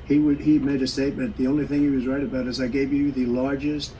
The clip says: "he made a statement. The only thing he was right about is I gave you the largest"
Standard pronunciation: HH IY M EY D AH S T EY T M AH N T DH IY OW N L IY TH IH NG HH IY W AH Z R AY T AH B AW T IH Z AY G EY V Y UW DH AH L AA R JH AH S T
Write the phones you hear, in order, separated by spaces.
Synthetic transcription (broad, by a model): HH IY M EY D AH S T EY T M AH N DH IY OW N L IY TH IH NG HH IY W AH Z R AY T AH B AW T IH Z AY G EY V Y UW DH AH L AA R JH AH S T